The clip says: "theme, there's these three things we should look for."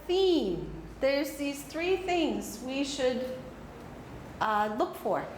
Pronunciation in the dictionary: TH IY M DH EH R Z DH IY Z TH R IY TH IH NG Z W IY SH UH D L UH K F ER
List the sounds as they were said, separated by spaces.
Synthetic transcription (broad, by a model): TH IY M DH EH R Z DH IY Z TH R IY TH IH NG Z W IY SH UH D L UH K F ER